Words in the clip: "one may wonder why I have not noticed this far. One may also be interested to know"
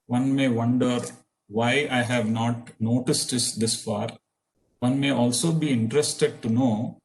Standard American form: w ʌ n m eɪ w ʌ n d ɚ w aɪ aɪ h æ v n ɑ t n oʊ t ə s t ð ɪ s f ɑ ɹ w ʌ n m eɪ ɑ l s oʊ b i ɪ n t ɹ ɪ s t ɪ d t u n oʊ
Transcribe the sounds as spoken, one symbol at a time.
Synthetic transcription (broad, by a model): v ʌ n m eɪ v ʌ n d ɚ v aɪ aɪ h æ v n ɑ t n oʊ t ə s t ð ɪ s f ɑ ɹ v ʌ n m eɪ ɑ l s oʊ b i ɪ n t ɹ ɪ s t ɪ d t u n oʊ